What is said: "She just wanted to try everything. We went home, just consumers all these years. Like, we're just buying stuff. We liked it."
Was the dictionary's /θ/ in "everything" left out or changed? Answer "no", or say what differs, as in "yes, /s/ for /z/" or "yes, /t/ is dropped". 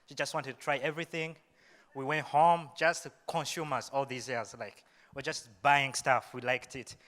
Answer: no